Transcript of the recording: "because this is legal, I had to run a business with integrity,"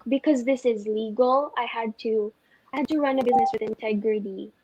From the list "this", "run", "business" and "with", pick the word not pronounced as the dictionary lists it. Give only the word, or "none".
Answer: none